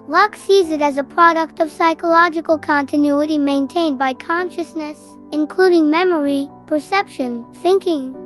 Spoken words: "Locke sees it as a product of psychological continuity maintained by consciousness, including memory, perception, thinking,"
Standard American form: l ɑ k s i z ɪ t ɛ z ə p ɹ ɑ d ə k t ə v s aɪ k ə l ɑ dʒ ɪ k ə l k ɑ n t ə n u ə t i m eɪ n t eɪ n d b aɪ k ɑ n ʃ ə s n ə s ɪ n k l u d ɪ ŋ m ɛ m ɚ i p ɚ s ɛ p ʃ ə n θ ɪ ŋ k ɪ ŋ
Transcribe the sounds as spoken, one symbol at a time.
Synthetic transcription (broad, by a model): l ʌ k s i z ɪ t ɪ z ə p ɹ ɑ d ə k t ə v s aɪ k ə l ɑ dʒ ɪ k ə l k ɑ n t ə n u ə t i m eɪ n t eɪ n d b aɪ k ɑ n ʃ ə s n ə s ɪ n k l u d ɪ ŋ m ɛ m ɚ i p ɚ s ɛ p ʃ ə n θ ɪ ŋ k ɪ ŋ